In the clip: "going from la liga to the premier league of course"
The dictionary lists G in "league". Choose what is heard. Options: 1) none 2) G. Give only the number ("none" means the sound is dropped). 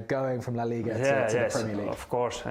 1